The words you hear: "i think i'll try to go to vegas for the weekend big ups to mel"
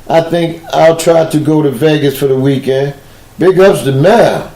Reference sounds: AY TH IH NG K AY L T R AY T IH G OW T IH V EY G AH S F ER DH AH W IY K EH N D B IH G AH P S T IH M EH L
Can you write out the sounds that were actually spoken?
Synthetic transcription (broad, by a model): AY TH IH NG K AY L T R AY T IH G OW T IH V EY G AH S F ER DH AH W IY K EH N D B IH G AH P S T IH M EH